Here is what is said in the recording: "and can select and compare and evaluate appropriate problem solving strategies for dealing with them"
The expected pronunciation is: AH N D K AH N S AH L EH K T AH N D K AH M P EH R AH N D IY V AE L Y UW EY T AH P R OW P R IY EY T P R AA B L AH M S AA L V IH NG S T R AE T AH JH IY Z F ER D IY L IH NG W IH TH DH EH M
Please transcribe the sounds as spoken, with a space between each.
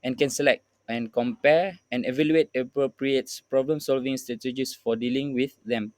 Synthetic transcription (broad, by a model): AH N K AH N S AH L EH K T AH N K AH M P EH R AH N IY V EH L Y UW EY T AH P R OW P R IY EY T P R AA B L AH M S AA L V IH NG S T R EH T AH JH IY S F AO D IY L IH NG W IH TH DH EH M